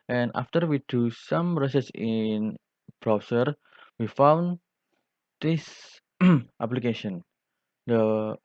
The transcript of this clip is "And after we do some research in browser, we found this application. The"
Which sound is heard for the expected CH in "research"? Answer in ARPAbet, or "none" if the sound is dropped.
S